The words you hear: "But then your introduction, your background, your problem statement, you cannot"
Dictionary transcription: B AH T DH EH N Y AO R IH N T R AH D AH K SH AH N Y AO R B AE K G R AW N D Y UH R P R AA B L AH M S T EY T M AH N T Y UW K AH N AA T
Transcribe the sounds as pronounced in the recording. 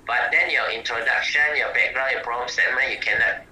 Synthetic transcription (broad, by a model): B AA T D EH N Y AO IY N T R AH D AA K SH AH N Y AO B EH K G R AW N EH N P R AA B AH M S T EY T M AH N Y UW K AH N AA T